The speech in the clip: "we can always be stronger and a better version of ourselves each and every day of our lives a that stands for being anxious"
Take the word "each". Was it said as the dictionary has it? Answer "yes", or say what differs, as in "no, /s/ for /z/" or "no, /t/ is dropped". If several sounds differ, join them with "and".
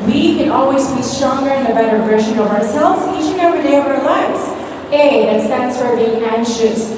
no, /ʃ/ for /tʃ/